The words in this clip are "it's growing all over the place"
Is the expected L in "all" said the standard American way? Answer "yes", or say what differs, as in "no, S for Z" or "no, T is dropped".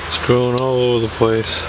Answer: yes